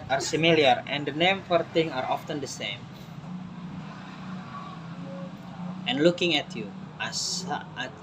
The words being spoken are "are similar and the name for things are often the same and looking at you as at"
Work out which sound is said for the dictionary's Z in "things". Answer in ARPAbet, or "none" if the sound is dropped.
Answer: none